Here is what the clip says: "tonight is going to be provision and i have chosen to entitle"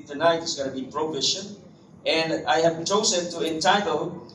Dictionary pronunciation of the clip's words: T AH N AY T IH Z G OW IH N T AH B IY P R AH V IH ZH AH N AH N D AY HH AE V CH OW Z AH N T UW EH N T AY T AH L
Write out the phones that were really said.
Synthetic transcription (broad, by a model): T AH N AY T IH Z G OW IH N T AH B IY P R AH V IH SH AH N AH N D AY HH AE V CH OW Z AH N T UW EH N T AY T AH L